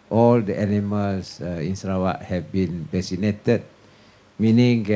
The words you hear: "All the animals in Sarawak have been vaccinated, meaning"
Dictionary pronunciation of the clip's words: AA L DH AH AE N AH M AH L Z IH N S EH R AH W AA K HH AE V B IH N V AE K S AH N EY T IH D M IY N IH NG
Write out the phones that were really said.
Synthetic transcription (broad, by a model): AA L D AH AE N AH M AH L S IH N S R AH W AA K HH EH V B IH N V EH S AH N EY T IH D M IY N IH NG